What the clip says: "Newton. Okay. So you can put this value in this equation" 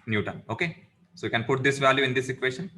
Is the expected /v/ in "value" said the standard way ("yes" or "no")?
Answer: yes